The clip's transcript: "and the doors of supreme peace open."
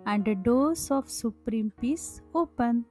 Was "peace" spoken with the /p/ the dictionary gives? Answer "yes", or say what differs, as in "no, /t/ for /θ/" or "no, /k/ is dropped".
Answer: yes